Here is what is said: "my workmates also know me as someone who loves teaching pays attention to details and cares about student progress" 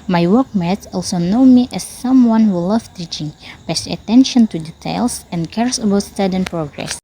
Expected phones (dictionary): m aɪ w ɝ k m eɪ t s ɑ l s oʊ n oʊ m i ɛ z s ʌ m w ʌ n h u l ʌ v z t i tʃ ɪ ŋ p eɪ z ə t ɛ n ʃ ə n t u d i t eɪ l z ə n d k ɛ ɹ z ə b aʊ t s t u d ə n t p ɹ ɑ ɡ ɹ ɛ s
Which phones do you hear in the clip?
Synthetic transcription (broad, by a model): m aɪ w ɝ k m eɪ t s ɑ l s oʊ n oʊ m i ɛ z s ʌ m w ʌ n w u l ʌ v t i tʃ ɪ ŋ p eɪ s ə t ɛ n ʃ ə n t u d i t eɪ l s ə n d k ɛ ɹ s ə b aʊ t s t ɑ d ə n p ɹ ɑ ɡ ɹ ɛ s